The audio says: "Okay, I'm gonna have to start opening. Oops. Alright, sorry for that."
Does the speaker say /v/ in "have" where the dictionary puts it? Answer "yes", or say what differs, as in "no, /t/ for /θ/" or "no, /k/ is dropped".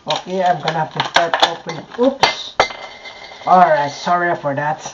no, /f/ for /v/